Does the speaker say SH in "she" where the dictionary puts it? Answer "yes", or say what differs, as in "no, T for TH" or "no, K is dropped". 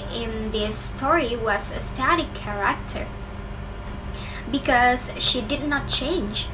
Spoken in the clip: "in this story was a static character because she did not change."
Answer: yes